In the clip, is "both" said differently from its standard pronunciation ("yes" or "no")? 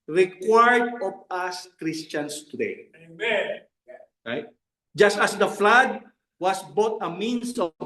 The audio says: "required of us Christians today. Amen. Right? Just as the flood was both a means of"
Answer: yes